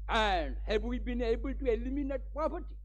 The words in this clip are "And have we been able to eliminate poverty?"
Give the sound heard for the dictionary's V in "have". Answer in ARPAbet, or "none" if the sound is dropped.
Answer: B